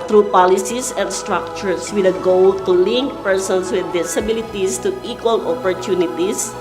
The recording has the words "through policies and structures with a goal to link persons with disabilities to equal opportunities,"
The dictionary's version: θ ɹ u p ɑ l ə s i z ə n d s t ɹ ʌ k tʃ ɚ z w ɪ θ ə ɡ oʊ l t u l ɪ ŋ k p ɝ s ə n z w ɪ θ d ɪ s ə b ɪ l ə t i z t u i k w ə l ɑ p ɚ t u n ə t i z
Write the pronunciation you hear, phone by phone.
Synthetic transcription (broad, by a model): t ɹ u p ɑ l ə s i s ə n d s t ɹ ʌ k tʃ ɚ s w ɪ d ə ɡ oʊ l t u l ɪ ŋ k p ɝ s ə n s w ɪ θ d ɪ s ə b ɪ l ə t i s t u i k w ə l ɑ p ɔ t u n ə t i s